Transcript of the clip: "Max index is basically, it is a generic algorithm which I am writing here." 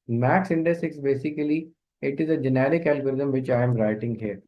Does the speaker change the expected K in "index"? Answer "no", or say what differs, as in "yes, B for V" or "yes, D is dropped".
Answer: yes, K is dropped